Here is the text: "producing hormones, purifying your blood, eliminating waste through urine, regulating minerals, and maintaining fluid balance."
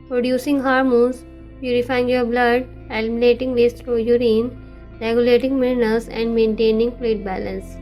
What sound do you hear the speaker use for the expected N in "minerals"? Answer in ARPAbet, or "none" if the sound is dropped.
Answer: L